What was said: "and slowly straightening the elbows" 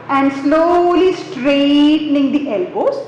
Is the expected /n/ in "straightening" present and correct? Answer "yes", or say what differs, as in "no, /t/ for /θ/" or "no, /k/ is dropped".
yes